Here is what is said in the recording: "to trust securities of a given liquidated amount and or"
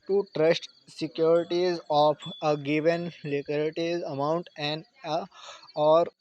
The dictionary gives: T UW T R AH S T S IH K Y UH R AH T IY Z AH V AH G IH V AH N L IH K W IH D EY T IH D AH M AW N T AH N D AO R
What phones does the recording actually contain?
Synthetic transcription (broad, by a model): T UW T R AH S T S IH K Y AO R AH T IY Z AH P AH G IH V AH N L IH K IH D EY T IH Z AH M AW N T AH N D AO R